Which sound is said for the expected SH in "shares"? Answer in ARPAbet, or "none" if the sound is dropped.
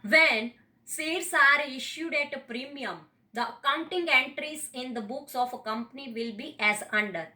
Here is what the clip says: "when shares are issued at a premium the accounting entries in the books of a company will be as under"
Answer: S